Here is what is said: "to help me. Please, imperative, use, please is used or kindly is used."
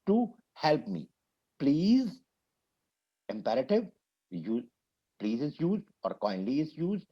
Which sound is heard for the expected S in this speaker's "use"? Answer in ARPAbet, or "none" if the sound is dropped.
none